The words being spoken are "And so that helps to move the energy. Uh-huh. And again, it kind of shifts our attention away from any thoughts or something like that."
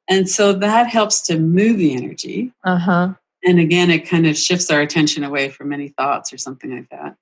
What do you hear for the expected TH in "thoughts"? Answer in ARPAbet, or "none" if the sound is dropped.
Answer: TH